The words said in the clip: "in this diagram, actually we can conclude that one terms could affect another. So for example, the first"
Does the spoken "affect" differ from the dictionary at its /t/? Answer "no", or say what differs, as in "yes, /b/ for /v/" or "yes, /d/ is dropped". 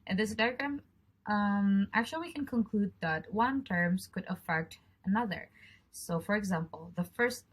no